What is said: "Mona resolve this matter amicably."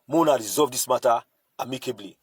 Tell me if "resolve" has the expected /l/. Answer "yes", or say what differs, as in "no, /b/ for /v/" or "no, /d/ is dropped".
no, /l/ is dropped